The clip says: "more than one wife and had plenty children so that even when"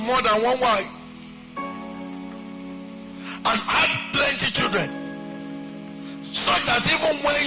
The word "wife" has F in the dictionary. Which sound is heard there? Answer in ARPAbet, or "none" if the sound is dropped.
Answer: none